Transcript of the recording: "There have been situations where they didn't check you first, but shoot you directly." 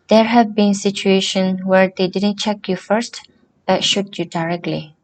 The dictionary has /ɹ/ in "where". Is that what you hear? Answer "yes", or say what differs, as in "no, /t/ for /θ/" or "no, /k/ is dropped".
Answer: yes